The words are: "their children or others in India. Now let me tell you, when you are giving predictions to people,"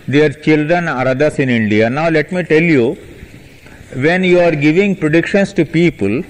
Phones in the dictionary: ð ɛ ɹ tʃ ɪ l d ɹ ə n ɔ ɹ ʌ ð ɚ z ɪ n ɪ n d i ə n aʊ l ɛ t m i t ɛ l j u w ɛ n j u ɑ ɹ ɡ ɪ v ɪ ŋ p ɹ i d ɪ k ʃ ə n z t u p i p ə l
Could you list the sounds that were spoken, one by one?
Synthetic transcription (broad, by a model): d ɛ ɹ tʃ ɪ l d ɹ ə n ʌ ɹ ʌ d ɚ s ɪ n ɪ n d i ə n aʊ l ɛ t m i t ɛ l j u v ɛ n j u ɑ ɹ ɡ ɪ v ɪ ŋ p ɹ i d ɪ k ʃ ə n s t u p i p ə l